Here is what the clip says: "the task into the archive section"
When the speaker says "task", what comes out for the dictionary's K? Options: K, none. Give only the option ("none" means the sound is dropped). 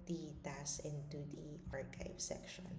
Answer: none